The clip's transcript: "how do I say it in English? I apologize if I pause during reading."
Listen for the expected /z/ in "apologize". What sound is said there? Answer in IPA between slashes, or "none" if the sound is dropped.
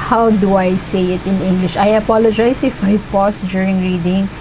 /s/